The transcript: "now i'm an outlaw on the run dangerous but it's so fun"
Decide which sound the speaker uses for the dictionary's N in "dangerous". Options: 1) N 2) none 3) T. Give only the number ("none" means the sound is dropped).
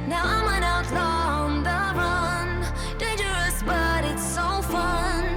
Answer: 2